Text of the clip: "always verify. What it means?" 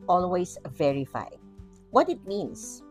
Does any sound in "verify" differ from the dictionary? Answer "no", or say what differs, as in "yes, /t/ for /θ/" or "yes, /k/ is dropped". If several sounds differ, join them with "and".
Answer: no